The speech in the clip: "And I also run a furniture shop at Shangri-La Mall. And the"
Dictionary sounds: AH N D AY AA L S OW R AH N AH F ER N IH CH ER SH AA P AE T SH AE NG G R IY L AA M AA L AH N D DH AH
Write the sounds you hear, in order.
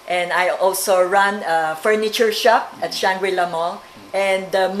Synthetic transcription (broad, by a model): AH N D AY AA L S OW R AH N AH F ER N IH CH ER SH AA P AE T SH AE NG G W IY L AA M AA L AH N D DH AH